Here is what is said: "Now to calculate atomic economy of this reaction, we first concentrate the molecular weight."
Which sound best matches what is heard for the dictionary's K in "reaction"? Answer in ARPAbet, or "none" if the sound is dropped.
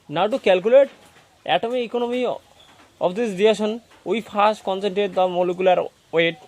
none